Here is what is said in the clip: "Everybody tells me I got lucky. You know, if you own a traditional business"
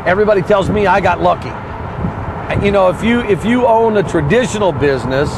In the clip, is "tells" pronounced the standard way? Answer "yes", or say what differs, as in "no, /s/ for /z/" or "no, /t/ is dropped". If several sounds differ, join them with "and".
yes